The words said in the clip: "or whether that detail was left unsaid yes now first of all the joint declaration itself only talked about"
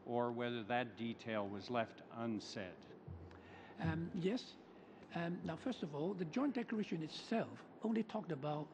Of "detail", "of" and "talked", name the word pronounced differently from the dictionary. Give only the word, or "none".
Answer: none